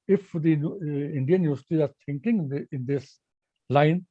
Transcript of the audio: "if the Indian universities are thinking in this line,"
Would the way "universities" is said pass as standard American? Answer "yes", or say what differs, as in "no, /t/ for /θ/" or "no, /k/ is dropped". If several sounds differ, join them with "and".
no, /z/ is dropped